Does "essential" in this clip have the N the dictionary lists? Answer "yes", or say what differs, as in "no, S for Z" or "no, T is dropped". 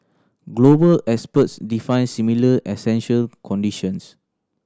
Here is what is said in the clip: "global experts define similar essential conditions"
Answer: yes